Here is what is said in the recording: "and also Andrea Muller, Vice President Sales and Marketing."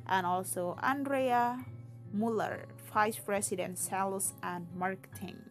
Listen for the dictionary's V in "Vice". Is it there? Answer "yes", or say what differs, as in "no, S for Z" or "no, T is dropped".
no, F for V